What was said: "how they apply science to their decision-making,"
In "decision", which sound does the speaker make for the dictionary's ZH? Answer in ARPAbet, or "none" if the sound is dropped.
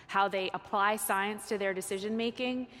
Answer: ZH